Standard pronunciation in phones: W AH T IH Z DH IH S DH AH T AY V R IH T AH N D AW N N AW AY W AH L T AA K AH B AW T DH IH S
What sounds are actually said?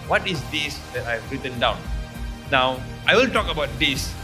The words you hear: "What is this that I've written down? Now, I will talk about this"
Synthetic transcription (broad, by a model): W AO T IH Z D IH S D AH T AY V R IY T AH N D AW N N AW AY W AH N T AA K AH B AW T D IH S